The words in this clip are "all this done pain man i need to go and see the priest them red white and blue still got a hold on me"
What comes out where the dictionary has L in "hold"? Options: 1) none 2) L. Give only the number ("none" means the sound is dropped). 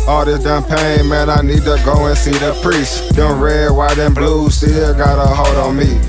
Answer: 1